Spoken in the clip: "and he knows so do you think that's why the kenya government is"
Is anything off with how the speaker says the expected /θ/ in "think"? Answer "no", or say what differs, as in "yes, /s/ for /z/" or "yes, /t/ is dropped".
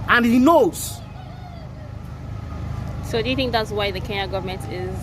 no